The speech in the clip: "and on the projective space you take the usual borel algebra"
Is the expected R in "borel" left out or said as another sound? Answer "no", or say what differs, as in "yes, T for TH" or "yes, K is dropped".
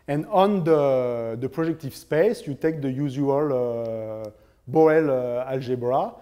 yes, R is dropped